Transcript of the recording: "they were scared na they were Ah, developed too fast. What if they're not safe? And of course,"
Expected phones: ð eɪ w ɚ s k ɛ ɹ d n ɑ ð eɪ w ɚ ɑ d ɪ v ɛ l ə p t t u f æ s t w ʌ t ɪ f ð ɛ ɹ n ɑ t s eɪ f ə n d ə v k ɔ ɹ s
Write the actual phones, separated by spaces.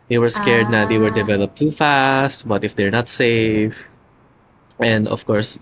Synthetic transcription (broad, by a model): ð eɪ w ɚ s k ɛ ɹ d n ɑ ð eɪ w ɚ d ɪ v ɛ l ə p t t u f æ s t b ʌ t ɪ f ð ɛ ɹ n ɑ t s eɪ f ə n d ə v k ɔ ɹ s